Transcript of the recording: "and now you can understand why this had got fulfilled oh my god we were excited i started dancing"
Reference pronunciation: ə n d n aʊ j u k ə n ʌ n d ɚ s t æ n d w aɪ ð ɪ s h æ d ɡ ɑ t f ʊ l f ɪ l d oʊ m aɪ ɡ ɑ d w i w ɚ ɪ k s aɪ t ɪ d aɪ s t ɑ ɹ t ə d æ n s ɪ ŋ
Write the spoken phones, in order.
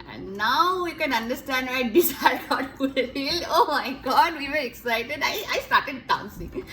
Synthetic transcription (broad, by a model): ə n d n aʊ j u k ə n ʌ n d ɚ s t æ n d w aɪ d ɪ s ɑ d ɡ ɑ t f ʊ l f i l oʊ m aɪ ɡ ɑ d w i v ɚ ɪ k s aɪ t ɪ d aɪ s t ɑ ɹ t ə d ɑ n s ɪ ŋ